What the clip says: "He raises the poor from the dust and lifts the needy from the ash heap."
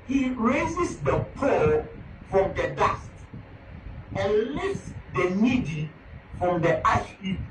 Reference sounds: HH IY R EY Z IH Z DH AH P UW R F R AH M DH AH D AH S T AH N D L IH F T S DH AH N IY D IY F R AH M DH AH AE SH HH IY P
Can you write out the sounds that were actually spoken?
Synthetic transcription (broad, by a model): HH IY R EY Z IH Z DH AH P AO L F R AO M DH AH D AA S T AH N L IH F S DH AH N IY D IY F R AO M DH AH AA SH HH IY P